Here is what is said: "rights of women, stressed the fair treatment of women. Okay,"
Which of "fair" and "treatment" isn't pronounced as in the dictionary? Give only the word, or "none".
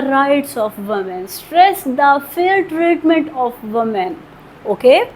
fair